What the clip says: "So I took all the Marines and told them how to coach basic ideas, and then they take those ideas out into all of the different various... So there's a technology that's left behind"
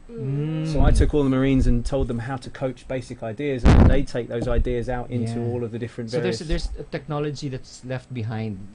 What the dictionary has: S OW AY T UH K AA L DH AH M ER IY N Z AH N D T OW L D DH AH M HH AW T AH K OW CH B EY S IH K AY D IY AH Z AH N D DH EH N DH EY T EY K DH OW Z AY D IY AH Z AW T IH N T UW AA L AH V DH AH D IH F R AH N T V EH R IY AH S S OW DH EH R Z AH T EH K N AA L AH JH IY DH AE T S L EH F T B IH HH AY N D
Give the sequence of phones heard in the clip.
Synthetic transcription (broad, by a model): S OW AY T UH K AA L DH AH M ER IY N Z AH N T OW L D DH AH M HH AW T AH K OW CH B EY S IH K AY D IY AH Z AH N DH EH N DH EY T EY K DH OW Z AY D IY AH Z AW T IH N T UW AA L AH V DH AH D IH F R AH N T V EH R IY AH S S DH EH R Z AH T EH K N AA L AH JH IY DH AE T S L EH F T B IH HH AY N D